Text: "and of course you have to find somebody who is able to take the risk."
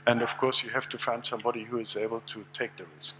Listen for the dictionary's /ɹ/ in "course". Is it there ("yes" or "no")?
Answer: yes